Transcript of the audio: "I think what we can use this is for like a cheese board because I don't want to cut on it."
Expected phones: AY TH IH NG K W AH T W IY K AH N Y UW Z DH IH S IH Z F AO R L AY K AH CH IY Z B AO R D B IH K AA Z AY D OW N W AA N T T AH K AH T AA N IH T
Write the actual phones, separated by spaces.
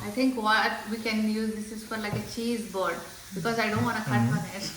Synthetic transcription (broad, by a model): AY T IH NG K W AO T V IY K AH N Y UW Z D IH S IH Z F AO R L AY K AH CH IY Z B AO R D B IH K AA Z AY D OW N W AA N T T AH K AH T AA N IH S